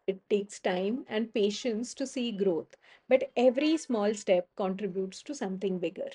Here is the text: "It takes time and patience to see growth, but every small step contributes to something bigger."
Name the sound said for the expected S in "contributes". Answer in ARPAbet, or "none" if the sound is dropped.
S